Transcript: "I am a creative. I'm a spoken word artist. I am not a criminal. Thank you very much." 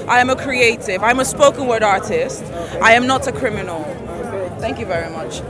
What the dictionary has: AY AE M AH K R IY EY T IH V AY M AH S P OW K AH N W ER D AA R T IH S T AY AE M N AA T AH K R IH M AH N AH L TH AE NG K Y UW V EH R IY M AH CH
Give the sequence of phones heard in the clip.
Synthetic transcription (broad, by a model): AY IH M AH K R IY EY T IH V AY M AH S P OW K AH N W ER D AA R T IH S T AY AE M N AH T AH K R IH M AH N AH L TH AE NG K Y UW V EH R IY M AH CH